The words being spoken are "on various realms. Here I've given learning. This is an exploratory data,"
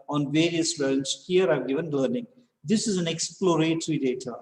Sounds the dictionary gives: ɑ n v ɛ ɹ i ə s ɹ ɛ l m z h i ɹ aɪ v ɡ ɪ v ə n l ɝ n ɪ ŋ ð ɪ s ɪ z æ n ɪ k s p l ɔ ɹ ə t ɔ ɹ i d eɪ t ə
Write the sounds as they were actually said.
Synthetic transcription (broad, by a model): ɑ n v ɛ ɹ i ə s l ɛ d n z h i ɹ aɪ v ɡ ɪ v ə n l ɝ n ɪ ŋ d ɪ s ɪ z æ n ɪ k s p l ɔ ɹ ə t ɹ i d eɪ t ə